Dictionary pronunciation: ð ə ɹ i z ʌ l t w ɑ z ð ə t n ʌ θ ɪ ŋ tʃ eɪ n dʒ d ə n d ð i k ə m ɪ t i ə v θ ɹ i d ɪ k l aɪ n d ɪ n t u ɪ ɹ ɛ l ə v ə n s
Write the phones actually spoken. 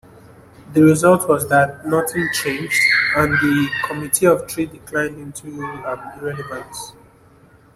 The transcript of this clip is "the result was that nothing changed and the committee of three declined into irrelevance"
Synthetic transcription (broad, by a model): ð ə ɹ i z ʌ l t w ɑ z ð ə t n ʌ θ ɪ ŋ tʃ eɪ n dʒ d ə n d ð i k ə m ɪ t i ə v t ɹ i d ɪ k l aɪ n d ɪ n t u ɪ ɹ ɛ l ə v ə n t